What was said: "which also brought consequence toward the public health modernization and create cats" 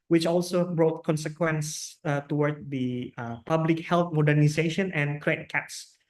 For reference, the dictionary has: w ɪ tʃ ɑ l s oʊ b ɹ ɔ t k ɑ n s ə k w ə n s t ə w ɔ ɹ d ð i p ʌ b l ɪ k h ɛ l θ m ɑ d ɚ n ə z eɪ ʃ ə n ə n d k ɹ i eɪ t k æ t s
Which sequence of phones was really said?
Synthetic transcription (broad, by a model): w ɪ tʃ ɑ l s oʊ b ɹ ɔ t k ɑ n s ə k w ə n s t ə w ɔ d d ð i p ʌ b l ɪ k h ɛ l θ m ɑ d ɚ n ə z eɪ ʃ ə n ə n k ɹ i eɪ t k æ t s